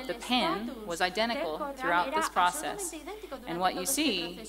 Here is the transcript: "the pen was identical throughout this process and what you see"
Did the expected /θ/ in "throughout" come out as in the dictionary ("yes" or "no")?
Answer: yes